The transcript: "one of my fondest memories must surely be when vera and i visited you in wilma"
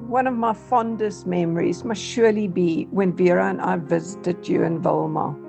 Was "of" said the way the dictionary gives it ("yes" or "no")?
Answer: yes